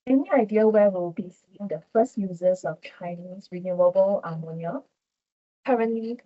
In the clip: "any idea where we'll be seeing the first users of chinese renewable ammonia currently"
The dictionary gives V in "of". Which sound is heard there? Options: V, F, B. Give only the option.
F